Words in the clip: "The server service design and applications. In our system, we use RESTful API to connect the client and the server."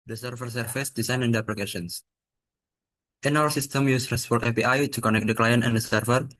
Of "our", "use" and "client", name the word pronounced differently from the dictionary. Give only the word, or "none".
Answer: our